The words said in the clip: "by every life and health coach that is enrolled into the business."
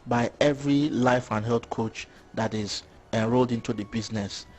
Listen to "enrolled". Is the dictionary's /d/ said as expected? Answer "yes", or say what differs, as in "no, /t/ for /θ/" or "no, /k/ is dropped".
yes